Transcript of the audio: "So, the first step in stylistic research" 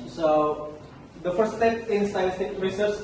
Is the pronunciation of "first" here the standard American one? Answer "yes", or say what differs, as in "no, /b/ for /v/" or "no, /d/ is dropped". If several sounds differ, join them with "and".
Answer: no, /s/ is dropped